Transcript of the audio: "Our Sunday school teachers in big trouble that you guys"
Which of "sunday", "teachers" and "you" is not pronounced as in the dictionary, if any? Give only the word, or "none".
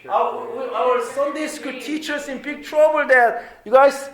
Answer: teachers